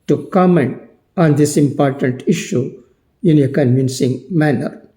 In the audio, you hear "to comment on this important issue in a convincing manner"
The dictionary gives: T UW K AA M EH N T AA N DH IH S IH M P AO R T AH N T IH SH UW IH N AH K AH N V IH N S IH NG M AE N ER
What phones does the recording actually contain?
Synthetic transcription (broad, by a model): T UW K AA M EH N T AA N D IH S IH M P AO R T AH N T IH SH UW IH N AH K AH N V IH N S IH NG M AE N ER